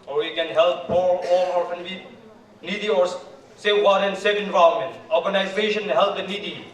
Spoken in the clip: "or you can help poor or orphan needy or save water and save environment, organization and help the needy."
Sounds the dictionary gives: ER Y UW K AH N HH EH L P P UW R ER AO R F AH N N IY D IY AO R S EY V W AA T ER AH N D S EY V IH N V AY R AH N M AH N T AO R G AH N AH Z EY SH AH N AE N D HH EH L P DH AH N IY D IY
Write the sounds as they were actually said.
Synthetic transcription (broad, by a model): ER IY K AH N HH EH L P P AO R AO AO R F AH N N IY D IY AO R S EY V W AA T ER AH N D S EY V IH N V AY AH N M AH N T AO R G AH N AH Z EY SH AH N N HH EH L P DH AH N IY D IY